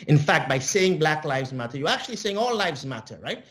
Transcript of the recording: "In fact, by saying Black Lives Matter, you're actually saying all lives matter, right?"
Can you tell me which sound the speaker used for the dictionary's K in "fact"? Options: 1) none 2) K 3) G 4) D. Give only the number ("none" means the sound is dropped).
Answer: 2